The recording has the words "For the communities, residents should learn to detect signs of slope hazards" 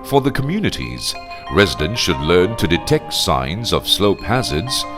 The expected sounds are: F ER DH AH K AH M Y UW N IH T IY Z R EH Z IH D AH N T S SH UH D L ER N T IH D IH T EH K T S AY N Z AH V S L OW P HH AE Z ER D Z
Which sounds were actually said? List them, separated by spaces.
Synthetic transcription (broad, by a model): F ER DH AH K AH M Y UW N IH T IY Z R EH Z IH D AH N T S SH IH D L ER N T IH D IH T EH K T S AY N Z AH V S L OW P HH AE Z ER D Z